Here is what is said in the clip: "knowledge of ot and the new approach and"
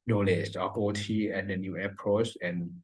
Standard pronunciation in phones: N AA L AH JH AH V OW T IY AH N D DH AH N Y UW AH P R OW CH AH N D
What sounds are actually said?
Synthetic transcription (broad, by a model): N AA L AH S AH P OW T IY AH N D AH N Y UW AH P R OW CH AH N